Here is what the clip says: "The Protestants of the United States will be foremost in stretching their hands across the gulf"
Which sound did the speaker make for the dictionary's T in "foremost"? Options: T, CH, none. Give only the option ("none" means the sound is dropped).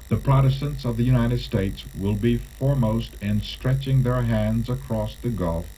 T